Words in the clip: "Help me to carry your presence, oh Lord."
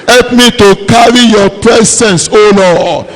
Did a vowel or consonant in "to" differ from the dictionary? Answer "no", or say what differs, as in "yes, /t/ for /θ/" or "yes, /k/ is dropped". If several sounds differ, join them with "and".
no